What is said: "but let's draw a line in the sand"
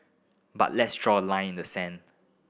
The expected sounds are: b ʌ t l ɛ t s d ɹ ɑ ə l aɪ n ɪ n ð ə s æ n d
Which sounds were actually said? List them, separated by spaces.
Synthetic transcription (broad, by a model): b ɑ t l ɛ t s d ɹ ɑ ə l aɪ ɪ n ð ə s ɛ n